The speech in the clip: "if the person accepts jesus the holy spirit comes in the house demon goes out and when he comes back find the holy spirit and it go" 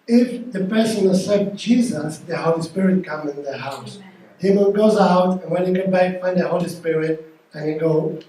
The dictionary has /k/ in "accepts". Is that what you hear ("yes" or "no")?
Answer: no